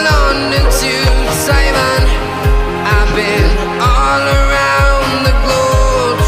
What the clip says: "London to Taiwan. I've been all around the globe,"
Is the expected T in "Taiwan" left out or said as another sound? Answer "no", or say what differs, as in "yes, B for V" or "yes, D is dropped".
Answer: yes, S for T